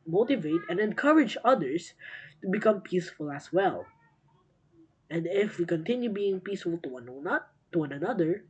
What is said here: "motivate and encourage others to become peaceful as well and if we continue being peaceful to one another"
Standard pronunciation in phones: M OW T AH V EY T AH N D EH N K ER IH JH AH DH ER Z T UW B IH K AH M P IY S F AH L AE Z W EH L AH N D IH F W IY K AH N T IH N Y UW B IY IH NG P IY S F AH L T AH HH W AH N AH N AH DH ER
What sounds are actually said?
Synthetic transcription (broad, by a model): M OW T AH V EY T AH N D EH N K ER IH JH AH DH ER S T UW B IH K AH M P IY S F AH L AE S W EH L AH N D IH F W IY K AH N T IH N Y UW B IY IH NG P IY S F AH L T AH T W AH N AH N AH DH ER